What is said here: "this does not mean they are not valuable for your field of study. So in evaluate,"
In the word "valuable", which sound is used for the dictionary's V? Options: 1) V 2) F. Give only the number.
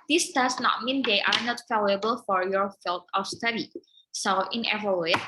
2